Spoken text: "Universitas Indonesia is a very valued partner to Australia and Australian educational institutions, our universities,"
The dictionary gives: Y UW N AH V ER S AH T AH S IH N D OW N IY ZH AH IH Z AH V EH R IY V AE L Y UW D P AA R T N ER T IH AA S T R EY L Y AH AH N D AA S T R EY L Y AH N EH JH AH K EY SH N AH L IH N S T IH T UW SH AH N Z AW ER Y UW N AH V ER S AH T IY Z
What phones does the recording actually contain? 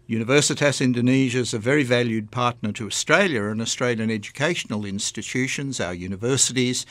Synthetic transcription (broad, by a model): Y UW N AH V ER S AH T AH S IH N D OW N IY ZH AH IH Z AH V EH R IY V AE L Y UW D P AA R T N ER T IH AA S T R EY L Y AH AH N AA S T R EY L Y AH N EH JH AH K EY SH N L IH N S T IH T UW SH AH N Z AW ER Y UW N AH V ER S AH T IY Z